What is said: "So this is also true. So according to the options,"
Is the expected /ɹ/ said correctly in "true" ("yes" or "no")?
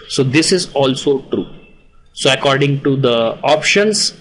yes